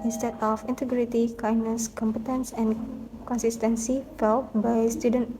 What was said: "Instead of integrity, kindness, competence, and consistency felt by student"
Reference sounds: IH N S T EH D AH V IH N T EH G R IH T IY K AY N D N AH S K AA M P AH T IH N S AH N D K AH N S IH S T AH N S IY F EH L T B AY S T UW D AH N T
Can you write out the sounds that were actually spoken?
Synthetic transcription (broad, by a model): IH N S T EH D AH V IH N T EH G R IH T IY K AY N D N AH S K AA M P AH T IH N S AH N K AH N S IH S T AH N S IY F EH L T B AY S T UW D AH N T